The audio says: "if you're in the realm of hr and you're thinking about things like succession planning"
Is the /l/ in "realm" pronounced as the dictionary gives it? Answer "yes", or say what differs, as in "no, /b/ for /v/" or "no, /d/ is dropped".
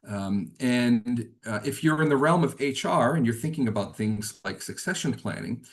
yes